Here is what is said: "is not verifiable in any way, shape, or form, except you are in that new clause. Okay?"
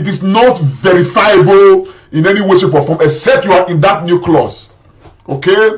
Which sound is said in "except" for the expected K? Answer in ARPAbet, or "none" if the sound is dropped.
none